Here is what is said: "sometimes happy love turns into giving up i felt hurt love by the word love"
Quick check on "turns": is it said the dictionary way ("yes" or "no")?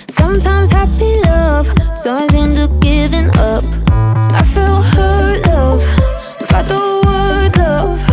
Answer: no